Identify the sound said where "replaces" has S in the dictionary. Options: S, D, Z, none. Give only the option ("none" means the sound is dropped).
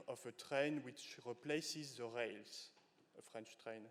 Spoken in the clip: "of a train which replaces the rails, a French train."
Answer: S